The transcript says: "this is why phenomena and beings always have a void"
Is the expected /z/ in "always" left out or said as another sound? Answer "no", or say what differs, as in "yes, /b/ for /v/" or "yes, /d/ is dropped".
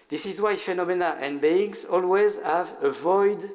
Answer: no